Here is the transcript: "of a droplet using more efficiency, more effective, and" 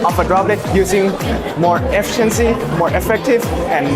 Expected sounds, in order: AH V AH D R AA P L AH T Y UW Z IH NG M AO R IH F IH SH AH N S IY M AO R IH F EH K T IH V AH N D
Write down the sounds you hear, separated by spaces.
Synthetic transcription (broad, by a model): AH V AH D R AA B L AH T Y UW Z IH NG M AO R IH F IH SH AH N S IY M AO R IH F EH K T IH V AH N